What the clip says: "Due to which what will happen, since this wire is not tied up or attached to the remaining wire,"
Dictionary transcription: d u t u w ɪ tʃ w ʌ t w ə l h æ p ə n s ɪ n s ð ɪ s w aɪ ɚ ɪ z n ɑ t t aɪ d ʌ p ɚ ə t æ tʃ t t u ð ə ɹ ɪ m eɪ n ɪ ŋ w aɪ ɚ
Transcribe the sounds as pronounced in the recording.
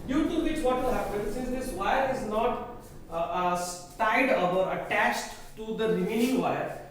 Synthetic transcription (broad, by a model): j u t u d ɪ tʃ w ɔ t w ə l h æ p ə n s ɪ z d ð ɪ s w aɪ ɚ ɪ z n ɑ t t aɪ d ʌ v ɚ ə t æ tʃ t t u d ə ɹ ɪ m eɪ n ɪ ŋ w aɪ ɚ